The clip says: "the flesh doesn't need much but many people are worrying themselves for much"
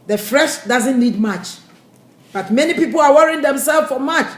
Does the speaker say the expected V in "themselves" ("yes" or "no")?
no